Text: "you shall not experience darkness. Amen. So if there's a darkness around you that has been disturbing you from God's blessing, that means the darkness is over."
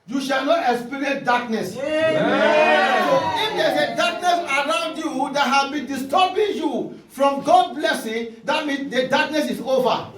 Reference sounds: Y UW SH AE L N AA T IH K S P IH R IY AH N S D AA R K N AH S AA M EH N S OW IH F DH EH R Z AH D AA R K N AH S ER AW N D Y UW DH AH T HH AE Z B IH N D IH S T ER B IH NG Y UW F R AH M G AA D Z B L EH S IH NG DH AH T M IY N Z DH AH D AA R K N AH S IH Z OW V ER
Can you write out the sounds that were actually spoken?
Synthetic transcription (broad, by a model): Y UW SH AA L N AA T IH K S P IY R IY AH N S D AA K N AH S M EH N S OW IH F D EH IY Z AH D AA K N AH S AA AW N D Y UW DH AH T HH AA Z B IH N D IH S T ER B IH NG Y UW F R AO M G AA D B L EH S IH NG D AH T M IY N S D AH D AA K N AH S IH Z OW V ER